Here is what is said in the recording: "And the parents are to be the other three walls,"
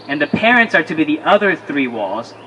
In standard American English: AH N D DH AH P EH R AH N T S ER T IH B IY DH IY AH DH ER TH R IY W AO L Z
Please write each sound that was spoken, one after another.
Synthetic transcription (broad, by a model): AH N DH AH P EH R AH N T S ER T IH B IY DH IY AH DH ER TH R IY W AO L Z